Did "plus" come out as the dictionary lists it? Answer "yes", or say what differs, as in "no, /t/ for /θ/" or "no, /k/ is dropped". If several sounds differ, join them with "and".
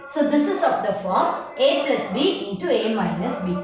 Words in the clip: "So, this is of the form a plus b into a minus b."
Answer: yes